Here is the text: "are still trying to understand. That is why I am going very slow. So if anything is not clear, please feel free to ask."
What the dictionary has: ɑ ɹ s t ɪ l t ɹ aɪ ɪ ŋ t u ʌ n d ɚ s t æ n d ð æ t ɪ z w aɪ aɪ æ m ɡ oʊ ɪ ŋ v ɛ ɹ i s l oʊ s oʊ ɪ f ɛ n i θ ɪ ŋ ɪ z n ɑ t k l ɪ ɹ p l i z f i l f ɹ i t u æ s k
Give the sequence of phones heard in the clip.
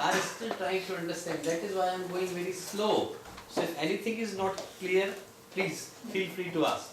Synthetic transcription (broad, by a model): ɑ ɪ s t ɪ l t ɹ aɪ ɪ ŋ t u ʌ n d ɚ s t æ n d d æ t ɪ z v aɪ aɪ m ɡ oʊ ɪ ŋ v ɛ ɹ i s l oʊ s oʊ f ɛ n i t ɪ ŋ ɪ z n ɑ t k l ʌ ɹ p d i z f i l f ɹ i t u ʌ s